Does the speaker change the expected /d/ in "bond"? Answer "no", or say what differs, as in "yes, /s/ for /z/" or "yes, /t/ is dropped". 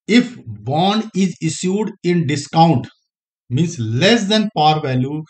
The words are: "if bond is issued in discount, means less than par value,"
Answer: yes, /d/ is dropped